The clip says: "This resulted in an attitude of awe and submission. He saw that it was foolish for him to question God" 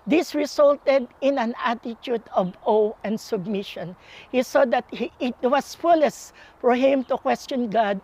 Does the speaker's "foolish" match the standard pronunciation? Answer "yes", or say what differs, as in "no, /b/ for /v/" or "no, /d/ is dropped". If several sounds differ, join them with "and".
no, /s/ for /ʃ/